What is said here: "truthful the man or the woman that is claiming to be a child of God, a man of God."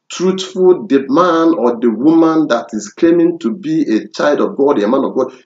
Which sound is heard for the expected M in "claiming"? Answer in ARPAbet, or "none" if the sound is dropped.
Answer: M